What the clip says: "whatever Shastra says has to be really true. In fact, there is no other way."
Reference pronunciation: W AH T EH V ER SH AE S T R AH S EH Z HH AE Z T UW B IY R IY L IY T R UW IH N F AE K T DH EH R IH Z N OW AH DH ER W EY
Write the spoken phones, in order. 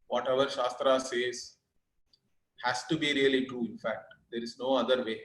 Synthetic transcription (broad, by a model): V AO T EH V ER SH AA S T R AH S EH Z HH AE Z T UW B IY R IY L IY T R UW IH N F AE K T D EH R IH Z N OW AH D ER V EY